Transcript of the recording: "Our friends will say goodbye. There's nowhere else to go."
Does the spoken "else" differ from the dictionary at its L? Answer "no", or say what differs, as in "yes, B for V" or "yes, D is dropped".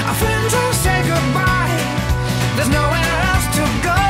yes, L is dropped